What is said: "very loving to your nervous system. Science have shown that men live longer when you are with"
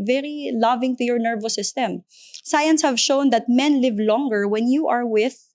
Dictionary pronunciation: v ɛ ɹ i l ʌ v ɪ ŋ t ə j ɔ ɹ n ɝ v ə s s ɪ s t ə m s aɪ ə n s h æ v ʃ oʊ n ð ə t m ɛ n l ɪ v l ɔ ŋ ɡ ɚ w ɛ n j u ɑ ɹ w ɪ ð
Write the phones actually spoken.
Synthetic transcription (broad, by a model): v ɛ ɹ i l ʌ v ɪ ŋ t ə j ɔ ɹ n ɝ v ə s s ɪ s t ə m s aɪ ə n s h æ v ʃ oʊ n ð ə t m ɛ n l ɪ v l ɔ ŋ ɡ ɚ w ɛ n j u ɑ ɹ w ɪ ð